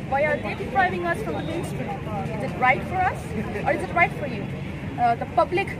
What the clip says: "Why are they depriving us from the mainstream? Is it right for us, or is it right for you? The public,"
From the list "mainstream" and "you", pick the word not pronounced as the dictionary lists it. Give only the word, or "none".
mainstream